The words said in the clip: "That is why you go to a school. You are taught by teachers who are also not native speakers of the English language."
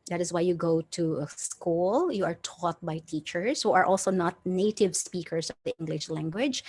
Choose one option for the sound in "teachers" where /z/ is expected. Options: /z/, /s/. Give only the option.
/s/